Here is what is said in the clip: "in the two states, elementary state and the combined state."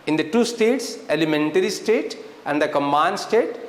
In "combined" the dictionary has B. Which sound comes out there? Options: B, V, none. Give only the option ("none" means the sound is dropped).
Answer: none